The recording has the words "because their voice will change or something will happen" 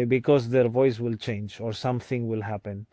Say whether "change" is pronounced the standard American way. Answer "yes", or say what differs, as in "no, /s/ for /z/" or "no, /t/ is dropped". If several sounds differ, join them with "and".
yes